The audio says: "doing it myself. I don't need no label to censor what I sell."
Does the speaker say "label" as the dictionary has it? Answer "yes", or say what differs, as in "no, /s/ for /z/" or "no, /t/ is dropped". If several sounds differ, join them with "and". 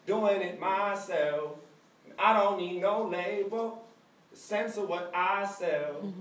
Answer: no, /b/ is dropped